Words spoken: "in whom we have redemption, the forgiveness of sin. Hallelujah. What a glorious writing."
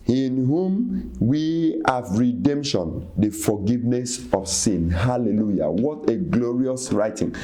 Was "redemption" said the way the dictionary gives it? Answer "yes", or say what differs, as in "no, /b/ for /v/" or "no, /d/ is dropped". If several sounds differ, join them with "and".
yes